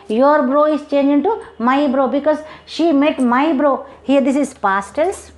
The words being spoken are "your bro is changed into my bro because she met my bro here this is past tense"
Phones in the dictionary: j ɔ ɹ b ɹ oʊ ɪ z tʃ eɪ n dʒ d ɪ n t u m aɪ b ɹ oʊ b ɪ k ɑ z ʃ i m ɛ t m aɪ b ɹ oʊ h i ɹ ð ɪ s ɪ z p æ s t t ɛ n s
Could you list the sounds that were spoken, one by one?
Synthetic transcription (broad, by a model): j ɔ ɹ b ɹ oʊ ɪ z tʃ eɪ n dʒ ɪ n t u m aɪ b ɹ oʊ b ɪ k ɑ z ʃ i m ɛ t m aɪ b ɹ oʊ h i ɹ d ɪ s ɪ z p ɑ s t t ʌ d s